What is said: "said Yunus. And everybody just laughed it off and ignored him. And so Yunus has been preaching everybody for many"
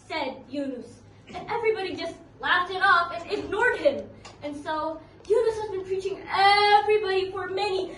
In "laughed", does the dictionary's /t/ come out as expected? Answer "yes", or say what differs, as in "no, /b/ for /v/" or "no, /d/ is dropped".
yes